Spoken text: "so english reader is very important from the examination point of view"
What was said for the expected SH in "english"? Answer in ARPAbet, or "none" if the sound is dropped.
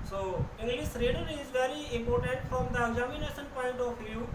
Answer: S